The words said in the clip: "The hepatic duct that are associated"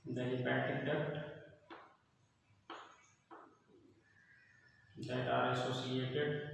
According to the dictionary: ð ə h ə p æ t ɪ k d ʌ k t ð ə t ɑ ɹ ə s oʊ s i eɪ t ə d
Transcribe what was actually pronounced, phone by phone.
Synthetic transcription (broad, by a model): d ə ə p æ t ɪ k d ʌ t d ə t ɑ ɹ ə s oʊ s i eɪ t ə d